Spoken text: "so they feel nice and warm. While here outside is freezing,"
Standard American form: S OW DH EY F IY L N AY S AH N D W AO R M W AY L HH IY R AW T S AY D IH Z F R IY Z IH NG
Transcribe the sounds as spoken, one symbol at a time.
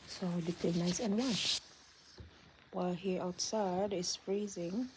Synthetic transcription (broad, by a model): S OW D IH P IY N AY S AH N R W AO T W AY L HH IY R AW T S AY D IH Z F R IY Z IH NG